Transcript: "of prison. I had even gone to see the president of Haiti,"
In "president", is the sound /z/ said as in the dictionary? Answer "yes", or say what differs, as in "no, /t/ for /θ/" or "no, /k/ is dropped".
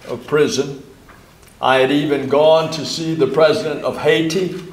yes